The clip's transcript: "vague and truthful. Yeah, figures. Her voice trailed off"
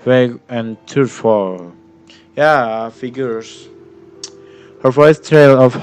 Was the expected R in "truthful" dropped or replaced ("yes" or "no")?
yes